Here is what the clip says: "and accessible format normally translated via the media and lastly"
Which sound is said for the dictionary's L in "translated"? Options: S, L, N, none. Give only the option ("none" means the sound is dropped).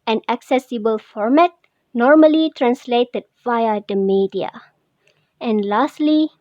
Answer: L